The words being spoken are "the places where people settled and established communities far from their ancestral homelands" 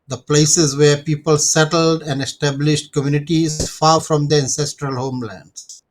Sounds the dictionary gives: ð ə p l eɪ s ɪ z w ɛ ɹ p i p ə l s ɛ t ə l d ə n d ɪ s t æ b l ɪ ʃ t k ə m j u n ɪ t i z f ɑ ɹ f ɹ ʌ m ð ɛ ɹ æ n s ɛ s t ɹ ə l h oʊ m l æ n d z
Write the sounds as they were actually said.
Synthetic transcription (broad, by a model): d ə p l eɪ s ɪ z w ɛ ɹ p i p ə l s ɛ t ə l d ə n d ɪ s t æ b l ɪ ʃ t k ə m j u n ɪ t i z f ɑ ɹ f ɹ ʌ m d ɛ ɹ æ n s ɛ s t ɹ ə l h oʊ m l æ n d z